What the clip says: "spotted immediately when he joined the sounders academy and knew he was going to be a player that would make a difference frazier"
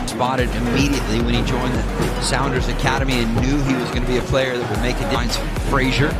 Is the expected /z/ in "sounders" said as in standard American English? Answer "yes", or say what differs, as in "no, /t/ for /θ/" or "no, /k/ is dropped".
yes